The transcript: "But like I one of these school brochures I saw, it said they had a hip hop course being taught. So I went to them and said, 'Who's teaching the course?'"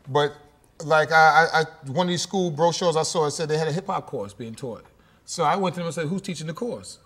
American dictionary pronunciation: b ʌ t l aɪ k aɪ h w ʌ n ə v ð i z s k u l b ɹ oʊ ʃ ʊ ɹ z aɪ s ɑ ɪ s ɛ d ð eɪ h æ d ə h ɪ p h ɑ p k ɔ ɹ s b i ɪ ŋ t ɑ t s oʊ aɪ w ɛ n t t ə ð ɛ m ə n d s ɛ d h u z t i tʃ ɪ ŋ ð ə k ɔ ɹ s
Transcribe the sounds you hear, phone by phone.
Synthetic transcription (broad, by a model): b ʌ t l aɪ k aɪ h w ʌ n ə v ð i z s k u l b ɹ oʊ ʃ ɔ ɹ z aɪ s ɑ ɪ s ɛ d ð eɪ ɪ d ə h ɪ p h ɑ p k ɔ ɹ s b i ɪ ŋ t ɑ t s oʊ aɪ w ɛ n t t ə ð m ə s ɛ h u z t i tʃ ɪ ŋ ð ə k ɔ ɹ s